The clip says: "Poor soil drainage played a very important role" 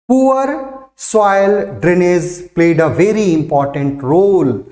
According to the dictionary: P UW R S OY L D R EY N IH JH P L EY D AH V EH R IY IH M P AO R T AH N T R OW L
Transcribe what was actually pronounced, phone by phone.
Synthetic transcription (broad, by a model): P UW R S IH L D R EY N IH Z P L EY D AH V EH R IY IH M P AO R T AH N T R OW L